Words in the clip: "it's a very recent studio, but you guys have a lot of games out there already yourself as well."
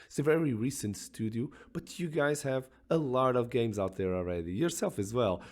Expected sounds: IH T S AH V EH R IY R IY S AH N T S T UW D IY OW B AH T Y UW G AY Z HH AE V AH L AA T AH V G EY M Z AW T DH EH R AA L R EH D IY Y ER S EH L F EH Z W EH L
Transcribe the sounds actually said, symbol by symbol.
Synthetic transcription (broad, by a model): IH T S AH V EH R IY R IY S AH N T S T UW D IY OW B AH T Y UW G AY Z HH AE V AH L AA T AH V G EY M Z AW T DH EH R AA L R EH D IY Y ER S EH L F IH Z W EH L